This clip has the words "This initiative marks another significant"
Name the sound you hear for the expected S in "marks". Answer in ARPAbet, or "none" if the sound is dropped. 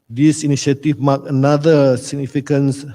none